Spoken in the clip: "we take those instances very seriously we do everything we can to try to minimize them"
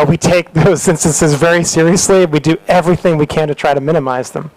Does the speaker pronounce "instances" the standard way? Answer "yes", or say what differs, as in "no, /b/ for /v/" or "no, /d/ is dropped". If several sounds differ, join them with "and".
yes